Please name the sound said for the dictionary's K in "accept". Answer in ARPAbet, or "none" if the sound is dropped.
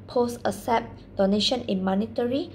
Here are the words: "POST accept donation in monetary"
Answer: none